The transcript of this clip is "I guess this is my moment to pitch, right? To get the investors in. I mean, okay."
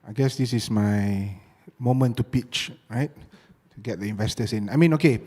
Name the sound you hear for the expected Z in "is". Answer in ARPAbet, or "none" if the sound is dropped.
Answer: S